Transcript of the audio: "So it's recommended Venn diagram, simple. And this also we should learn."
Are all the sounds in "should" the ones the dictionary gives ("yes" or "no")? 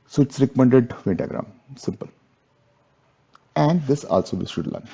no